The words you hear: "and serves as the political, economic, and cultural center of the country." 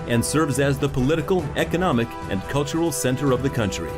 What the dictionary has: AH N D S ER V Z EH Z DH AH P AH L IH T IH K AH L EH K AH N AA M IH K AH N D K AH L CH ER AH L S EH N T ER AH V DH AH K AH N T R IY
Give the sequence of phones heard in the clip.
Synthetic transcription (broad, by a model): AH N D S ER V Z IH Z DH AH P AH L IH T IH K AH L EH K AH N AA M IH K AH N K AH L CH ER L S EH N T ER AH V DH AH K AH N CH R IY